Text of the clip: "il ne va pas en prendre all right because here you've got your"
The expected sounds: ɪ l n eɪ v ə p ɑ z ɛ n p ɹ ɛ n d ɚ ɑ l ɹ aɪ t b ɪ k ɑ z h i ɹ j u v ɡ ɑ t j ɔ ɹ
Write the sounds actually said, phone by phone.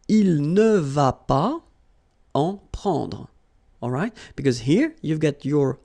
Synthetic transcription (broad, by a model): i l n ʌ v ə p ɑ ɑ p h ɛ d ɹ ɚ ɑ l ɹ aɪ t b ɪ k ɑ z h i ɹ j u v ɡ ɑ t j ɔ ɹ